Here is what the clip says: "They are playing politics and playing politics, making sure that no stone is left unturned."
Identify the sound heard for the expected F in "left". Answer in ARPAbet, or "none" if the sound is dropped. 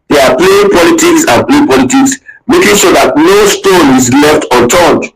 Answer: F